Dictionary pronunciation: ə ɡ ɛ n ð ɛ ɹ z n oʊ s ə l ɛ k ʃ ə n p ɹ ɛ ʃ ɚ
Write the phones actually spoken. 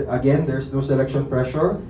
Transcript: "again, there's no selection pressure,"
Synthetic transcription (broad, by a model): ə ɡ ɛ n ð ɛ ɹ s n oʊ s ə l ɛ k ʃ ə n p ɹ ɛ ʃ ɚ